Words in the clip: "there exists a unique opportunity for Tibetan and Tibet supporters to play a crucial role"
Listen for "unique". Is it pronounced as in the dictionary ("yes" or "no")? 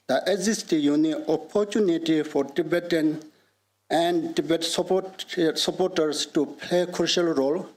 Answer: no